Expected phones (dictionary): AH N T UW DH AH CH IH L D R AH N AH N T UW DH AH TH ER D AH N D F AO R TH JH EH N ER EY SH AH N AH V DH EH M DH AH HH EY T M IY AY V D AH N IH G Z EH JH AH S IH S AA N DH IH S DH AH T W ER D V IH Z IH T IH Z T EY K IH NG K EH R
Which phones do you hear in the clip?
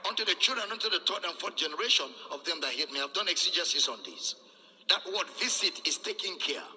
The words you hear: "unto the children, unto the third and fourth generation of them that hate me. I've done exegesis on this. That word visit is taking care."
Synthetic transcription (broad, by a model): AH N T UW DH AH CH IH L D R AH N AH N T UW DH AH T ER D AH N F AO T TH JH EH N ER EY SH AH N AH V DH EH M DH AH HH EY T M IY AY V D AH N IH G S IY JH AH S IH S AA N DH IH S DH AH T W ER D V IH S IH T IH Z T EY K IH NG K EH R